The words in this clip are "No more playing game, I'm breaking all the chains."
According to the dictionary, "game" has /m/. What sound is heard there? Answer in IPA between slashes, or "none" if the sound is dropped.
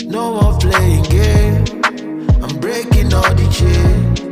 none